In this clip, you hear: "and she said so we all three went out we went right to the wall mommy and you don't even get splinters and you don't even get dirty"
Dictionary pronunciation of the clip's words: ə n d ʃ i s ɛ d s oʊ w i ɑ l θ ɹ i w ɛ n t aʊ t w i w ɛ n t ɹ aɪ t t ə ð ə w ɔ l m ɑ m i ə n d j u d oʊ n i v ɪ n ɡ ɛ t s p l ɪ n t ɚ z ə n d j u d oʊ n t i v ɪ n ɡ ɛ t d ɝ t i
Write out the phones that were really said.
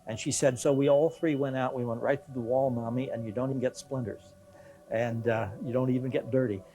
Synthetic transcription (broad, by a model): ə n ʃ i s ɛ d s oʊ w i ɑ l θ ɹ i w ɛ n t aʊ t w i w ɛ n t ɹ aɪ t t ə ð ə w ɔ l m ɑ m i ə n j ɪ d oʊ n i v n ɡ ɛ t s p l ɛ n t ɚ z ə n j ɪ d oʊ n t i v ɪ n ɡ ɛ t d ɝ t i